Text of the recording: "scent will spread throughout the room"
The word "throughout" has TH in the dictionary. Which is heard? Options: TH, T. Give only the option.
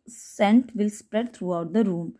T